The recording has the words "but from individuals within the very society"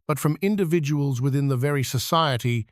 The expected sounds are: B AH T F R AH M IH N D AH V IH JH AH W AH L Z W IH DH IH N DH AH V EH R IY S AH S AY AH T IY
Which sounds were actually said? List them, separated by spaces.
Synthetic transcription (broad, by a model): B AH T F R AH M IH N D AH V IH JH AH W AH L Z W IH DH IH N DH AH V EH R IY S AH S AY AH T IY